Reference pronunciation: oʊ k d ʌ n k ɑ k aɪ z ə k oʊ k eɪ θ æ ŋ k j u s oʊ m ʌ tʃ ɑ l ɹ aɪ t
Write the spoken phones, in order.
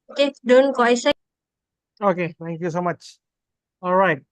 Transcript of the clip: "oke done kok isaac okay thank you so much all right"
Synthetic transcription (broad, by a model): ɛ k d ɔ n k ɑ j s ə oʊ k eɪ t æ ŋ k j u s oʊ m ʌ tʃ ɑ l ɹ aɪ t